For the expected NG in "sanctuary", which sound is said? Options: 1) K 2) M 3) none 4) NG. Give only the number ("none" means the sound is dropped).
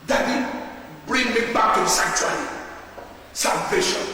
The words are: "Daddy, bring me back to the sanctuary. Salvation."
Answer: 3